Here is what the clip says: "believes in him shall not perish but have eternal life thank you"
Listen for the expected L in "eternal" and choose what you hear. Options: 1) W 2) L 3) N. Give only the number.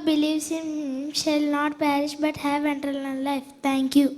3